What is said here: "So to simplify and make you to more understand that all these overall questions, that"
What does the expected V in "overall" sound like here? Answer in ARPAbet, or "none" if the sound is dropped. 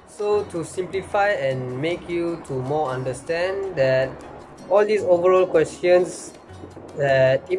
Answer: V